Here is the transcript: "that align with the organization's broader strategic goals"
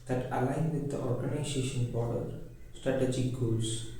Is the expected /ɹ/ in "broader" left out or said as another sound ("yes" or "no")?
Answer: yes